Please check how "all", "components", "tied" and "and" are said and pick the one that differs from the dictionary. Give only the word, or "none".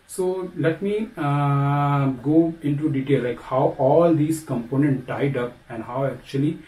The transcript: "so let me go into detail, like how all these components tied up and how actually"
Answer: components